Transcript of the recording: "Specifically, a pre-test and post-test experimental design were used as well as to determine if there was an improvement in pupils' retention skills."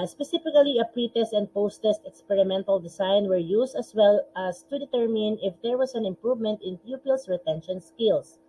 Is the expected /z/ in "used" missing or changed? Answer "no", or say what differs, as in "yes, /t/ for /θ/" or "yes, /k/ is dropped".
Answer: yes, /s/ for /z/